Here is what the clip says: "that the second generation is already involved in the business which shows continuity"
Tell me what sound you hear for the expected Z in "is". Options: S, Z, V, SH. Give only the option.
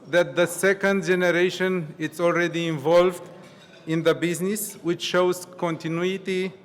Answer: S